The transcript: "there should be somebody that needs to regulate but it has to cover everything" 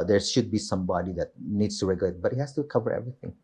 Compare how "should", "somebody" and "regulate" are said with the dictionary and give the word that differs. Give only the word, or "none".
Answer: none